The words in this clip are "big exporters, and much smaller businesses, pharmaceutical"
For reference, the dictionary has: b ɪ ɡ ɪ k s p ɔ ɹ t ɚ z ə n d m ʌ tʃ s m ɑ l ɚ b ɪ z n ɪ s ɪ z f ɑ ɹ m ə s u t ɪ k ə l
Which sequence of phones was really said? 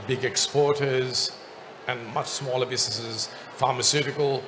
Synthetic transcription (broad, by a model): b ɪ ɡ ɪ k s p ɔ ɹ t ɚ z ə n m ʌ tʃ s m ɑ l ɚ b ɪ z n ɪ s ɪ z f ɑ ɹ m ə s u t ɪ k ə l